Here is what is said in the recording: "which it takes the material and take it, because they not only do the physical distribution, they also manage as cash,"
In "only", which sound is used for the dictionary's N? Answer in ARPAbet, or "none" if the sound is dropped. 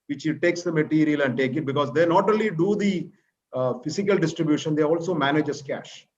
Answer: none